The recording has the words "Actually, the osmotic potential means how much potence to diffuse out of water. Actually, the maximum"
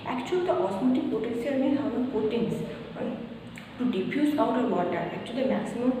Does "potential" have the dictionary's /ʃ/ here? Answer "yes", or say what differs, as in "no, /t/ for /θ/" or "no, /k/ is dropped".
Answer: no, /s/ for /ʃ/